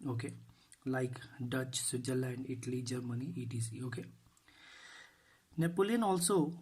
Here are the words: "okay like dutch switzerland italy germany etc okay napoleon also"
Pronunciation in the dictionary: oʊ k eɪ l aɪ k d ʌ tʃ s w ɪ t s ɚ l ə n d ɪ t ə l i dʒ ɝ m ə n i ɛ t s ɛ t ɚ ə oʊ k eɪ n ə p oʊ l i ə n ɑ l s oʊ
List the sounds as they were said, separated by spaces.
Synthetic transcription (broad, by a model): oʊ k eɪ l aɪ k d ʌ tʃ s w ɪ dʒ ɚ l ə n d ɪ t ə l i dʒ ɝ m ə n i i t i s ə oʊ k eɪ n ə p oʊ l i n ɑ l s oʊ